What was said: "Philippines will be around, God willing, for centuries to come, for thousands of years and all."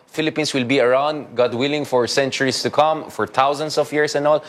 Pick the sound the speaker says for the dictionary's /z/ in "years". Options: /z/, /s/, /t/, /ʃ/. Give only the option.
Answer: /s/